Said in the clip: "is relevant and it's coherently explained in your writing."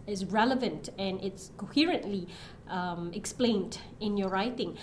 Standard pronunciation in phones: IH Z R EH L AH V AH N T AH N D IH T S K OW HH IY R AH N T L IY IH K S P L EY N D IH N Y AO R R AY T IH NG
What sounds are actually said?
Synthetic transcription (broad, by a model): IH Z R EH L AH V AH N T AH N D IH T S K OW HH IY R AH N T L IY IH K S P L EY N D IH N Y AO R R AY T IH NG